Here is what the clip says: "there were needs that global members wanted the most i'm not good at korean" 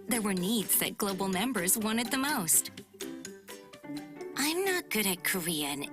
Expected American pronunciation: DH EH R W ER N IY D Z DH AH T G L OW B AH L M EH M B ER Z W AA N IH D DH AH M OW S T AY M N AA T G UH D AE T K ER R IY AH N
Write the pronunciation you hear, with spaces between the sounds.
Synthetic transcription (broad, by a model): DH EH R W ER N IY D Z DH AH T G L OW B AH L M EH M B ER Z W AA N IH D DH AH M OW S T AY M N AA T G UH D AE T K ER R IY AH N